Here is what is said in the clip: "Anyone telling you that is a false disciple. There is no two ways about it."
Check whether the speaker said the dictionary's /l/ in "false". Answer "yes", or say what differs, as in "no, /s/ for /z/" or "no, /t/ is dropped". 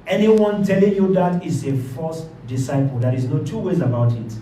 no, /l/ is dropped